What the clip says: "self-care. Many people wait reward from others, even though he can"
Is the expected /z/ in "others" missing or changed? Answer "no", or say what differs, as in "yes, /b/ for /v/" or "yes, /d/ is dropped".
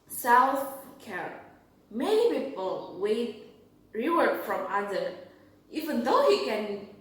yes, /z/ is dropped